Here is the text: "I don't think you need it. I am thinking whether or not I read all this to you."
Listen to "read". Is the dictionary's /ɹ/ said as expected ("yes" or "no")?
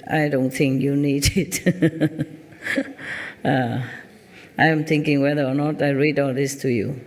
yes